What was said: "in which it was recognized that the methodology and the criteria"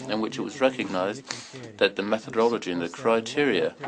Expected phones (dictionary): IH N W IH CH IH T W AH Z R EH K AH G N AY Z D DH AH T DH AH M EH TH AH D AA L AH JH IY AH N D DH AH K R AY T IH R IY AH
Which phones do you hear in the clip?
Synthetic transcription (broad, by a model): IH N W IH CH IH T W AH Z R EH K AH G N AY Z DH AH T DH AH M EH TH AH D AA L AH JH IY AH N DH AH K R AY T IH R IY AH